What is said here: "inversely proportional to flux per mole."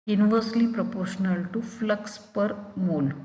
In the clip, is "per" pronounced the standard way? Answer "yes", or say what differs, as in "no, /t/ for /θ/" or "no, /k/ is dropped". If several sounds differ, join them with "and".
yes